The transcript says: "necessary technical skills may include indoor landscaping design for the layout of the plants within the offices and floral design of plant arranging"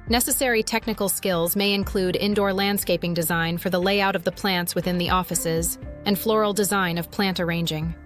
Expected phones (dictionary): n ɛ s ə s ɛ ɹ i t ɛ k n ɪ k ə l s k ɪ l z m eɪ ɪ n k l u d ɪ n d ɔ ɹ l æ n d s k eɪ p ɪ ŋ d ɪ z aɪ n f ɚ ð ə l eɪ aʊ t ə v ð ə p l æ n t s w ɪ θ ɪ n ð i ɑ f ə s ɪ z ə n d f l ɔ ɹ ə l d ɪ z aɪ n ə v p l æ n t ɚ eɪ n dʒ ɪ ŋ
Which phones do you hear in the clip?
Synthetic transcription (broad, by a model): n ɛ s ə s ɛ ɹ i t ɛ k n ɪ k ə l s k ɪ l z m eɪ ɪ n k l u d ɪ n d ɔ ɹ l æ n d s k eɪ p ɪ ŋ d ɪ z aɪ n f ɚ ð ə l eɪ aʊ t ə v ð ə p l æ n t s w ɪ θ ɪ n ð i ɑ f ə s ɪ z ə n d f l ɔ ɹ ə l d ɪ z aɪ n ə v p l æ n t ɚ eɪ n dʒ ɪ ŋ